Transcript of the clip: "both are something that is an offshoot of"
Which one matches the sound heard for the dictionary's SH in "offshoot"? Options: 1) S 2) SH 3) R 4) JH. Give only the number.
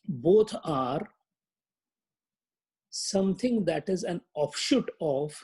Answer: 2